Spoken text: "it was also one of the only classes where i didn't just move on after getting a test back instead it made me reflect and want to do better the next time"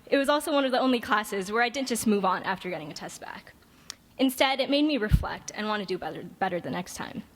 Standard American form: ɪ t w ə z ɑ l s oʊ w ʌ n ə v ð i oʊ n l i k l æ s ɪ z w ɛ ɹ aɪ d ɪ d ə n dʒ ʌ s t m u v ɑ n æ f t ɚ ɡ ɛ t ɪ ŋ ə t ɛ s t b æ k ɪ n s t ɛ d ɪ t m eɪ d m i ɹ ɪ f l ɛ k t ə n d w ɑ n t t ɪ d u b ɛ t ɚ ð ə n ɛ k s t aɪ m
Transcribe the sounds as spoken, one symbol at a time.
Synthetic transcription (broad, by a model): ɪ t w ə z ɑ l s oʊ w ʌ n ə v ð i oʊ n l i k l æ s ɪ z w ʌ ɹ aɪ d ɪ d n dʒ ʌ s t m u v n æ f t ɚ ɡ ɛ t ɪ ŋ ə t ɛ s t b æ k ɪ n s t ɛ d ɪ t m eɪ d m i ɹ ɪ f l ɛ k t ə n w ɑ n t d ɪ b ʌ b ɛ t ɚ ð ə n ɛ k s t aɪ m